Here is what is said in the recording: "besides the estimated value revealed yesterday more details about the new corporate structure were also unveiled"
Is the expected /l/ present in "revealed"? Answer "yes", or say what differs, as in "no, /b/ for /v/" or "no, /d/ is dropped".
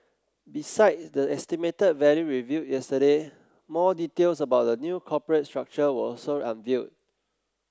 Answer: no, /l/ is dropped